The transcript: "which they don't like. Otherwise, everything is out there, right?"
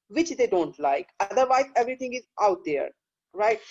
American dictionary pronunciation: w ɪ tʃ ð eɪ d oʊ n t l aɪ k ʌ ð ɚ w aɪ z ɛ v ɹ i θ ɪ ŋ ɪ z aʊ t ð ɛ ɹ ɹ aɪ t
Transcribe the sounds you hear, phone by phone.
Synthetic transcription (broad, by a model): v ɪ tʃ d eɪ d oʊ n t l aɪ k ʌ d ɚ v aɪ z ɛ v ɹ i t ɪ ŋ ɪ z aʊ t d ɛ ɹ ɹ aɪ t